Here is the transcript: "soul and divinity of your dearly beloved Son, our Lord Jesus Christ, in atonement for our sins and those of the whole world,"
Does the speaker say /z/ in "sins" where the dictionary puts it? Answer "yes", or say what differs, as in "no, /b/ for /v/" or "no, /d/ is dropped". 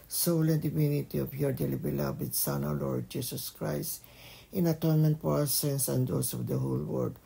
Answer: no, /s/ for /z/